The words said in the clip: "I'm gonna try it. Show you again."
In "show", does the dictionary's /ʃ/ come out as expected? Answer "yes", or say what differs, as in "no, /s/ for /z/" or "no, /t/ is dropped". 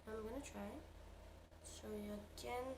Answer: no, /s/ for /ʃ/